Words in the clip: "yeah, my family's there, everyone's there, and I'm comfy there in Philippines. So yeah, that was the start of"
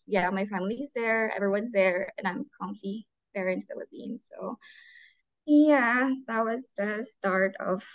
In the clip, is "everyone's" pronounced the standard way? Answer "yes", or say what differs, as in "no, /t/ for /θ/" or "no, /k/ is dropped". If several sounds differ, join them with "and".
yes